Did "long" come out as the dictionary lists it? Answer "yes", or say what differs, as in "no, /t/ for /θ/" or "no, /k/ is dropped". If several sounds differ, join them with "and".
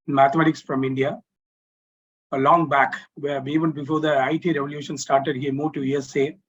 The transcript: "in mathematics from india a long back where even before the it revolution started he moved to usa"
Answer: yes